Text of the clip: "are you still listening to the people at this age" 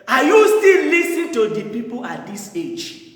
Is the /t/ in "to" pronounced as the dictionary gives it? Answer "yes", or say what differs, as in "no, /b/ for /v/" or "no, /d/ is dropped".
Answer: yes